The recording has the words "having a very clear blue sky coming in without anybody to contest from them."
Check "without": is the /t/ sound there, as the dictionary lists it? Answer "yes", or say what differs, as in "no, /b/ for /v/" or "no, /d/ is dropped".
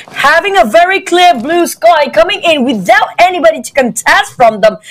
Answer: yes